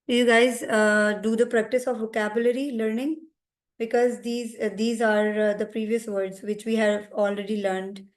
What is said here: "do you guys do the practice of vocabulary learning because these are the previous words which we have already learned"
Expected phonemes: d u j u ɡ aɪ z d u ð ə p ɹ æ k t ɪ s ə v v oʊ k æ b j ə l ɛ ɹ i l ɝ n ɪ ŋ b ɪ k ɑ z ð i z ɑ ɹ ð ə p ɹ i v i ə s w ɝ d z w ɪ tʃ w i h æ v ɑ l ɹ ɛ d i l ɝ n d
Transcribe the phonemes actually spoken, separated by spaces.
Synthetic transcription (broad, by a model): j u ɡ aɪ z d u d ə p ɹ æ k t ɪ s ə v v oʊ k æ b j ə l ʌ ɹ i l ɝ n ɪ ŋ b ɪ k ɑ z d i z ɑ ɹ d ə p ɹ i v i ə s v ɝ d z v ɪ tʃ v i h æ v ɑ l ɹ ɛ d i l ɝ n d